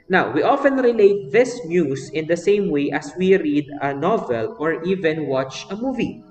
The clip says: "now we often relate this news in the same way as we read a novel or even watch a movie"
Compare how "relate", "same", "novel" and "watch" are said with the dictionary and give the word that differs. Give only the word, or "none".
none